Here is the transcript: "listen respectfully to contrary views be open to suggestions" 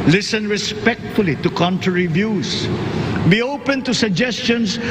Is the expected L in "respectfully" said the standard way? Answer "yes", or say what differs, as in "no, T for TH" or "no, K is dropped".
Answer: yes